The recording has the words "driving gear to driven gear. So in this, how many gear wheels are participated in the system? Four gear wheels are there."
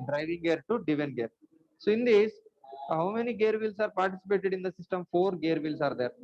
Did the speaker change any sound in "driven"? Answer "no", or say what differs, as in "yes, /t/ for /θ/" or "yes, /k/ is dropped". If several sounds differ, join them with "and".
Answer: yes, /ɹ/ is dropped